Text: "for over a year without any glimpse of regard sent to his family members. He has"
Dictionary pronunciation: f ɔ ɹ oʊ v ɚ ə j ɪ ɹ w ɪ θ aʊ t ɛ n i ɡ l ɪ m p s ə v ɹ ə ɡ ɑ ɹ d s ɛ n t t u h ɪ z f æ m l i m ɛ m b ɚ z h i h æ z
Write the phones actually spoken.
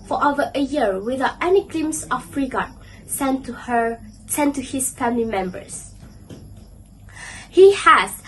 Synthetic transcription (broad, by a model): f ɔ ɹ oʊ v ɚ ə j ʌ ɹ w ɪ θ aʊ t ɛ n i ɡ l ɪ m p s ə f ɹ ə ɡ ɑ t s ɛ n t t u h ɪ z f æ m l i m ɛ m b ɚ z h i h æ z